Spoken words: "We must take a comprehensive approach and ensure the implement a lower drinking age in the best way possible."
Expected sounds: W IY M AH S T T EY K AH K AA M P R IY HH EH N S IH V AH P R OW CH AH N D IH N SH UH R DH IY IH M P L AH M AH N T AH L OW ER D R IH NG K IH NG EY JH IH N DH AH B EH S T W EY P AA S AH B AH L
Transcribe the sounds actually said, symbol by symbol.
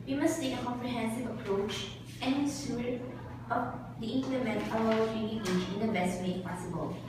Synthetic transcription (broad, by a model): W IY M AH S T T EY K AH K AA M P R IY HH EH N S IH V AH P R OW CH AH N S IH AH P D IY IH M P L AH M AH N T AH W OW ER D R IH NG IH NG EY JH IH N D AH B EH S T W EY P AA S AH B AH L